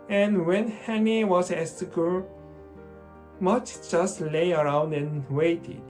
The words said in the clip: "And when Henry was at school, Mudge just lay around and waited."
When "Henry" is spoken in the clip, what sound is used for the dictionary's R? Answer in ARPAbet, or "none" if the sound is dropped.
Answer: none